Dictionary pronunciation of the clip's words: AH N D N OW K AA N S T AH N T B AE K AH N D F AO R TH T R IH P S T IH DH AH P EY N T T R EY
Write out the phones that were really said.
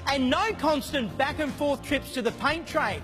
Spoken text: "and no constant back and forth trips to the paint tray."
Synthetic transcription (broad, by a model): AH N N OW K AA N S T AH N B AE K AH N F AO R TH T R IH P S T IH DH AH P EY N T T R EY